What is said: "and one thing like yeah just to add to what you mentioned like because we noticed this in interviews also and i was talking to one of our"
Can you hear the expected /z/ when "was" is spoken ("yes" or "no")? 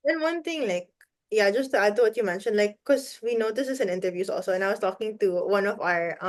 no